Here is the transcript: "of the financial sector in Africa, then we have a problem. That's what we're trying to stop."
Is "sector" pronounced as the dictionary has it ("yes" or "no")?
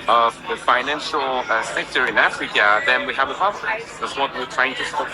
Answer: yes